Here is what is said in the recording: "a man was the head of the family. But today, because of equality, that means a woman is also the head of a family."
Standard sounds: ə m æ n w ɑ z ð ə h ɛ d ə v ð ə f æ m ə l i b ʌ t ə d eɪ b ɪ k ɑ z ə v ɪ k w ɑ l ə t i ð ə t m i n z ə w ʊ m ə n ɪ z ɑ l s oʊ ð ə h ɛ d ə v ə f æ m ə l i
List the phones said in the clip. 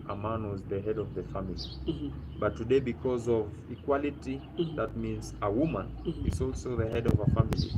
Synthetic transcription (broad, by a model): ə m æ n w ɑ z ð ə h ɛ d ə v ð ə f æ m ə l i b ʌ t ə d eɪ b ɪ k ɑ z ə v ɪ k w ɑ l ə t i ð ə t m i n z ə w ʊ m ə n ɪ z ɑ l s oʊ ð ə h ɛ d ə v ə f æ m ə l i